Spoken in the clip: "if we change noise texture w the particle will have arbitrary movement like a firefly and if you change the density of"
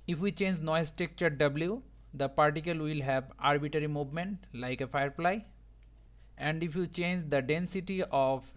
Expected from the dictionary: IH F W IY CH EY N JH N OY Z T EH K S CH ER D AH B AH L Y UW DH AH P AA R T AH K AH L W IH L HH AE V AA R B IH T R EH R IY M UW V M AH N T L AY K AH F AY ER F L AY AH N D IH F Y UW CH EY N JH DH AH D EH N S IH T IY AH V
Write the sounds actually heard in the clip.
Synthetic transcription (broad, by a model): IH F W IY CH EY N JH N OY S T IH K CH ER D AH B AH L Y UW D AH P AA R T AH K AH L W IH L HH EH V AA R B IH T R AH R IY M UW V M AH N T L AY K AH F AY ER F L AY AH N D IH F Y UW CH EY N JH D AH D EH N S IH T IY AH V